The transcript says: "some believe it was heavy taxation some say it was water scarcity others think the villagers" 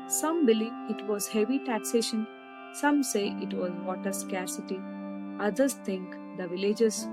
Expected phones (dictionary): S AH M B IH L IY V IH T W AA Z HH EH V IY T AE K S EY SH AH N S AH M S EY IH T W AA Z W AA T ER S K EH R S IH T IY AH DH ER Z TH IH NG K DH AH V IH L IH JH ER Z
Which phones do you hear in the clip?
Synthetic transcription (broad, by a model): S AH M B IH L IY V IH T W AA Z HH EH V IY T AE K S EY SH AH N S AH M S EY IH T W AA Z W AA T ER S K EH R S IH T IY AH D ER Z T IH NG K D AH V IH L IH JH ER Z